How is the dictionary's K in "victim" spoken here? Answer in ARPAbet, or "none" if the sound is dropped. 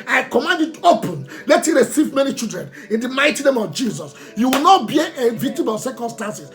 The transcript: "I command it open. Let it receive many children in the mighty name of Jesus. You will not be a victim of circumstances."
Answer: none